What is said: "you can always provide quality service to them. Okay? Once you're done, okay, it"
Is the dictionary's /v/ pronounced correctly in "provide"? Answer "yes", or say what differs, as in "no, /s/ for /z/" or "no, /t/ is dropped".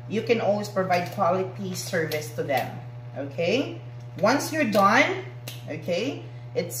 yes